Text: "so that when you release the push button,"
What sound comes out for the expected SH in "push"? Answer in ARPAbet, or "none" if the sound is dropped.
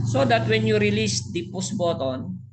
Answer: S